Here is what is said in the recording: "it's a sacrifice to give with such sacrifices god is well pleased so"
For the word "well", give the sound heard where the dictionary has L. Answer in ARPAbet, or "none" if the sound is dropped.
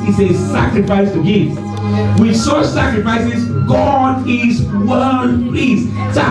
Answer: N